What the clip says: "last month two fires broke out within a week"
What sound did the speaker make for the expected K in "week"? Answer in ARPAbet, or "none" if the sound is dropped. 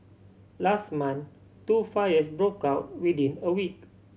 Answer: K